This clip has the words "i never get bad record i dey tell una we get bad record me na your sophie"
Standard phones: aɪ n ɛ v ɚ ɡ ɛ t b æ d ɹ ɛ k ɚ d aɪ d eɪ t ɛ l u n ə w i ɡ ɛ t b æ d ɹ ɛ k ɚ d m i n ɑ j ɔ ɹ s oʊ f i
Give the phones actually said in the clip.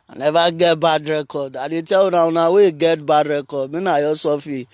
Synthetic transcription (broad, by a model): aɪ n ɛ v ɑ ɡ ɛ t b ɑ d ɹ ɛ k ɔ d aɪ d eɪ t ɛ n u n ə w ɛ ɡ ɛ t b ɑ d ɹ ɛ k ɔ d m i n ɑ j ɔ s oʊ f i